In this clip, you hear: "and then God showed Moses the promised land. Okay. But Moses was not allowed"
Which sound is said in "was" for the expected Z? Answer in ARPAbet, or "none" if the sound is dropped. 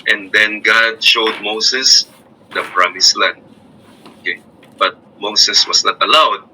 S